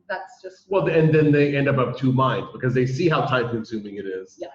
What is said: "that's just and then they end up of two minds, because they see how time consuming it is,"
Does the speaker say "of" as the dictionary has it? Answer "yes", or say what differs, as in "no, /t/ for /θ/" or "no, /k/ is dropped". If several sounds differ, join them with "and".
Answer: no, /p/ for /v/